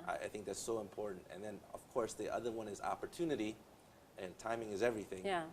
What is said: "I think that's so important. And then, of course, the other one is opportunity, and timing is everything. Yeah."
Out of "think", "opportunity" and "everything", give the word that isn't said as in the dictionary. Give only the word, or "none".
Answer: none